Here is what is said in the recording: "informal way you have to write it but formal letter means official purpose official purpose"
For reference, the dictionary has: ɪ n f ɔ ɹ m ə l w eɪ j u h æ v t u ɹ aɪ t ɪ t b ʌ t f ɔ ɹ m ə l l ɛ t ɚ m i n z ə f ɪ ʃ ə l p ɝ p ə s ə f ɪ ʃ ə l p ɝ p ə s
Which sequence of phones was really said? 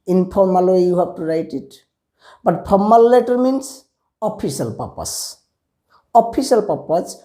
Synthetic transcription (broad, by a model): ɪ n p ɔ ɹ m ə l w eɪ j u h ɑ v t u ɹ aɪ t ɪ t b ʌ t p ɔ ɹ m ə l l ɛ t ɚ m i n s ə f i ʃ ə l p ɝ p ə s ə p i s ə l p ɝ p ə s